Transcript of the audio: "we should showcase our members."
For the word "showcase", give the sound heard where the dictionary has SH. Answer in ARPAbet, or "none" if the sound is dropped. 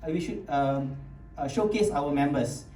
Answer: SH